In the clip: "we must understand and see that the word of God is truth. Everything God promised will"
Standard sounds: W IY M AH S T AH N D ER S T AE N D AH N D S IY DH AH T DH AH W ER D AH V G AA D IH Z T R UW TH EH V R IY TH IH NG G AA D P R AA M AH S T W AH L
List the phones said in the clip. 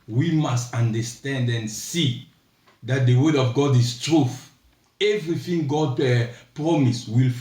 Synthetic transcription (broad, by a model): W IY M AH S T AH N D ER S T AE N D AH N S IY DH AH T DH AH W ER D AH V G AA D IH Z T R UW TH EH V R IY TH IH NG G AA D P R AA M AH S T W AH L